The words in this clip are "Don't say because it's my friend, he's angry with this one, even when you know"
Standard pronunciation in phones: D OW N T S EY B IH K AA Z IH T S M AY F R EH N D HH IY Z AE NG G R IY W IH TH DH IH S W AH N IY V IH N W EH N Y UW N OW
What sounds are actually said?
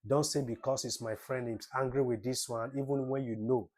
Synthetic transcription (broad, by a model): D OW N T S EY B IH K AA S IH T S M AY F R EH N D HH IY S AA NG G R IY W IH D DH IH S W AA N IY V IH N W EH N Y UW N OW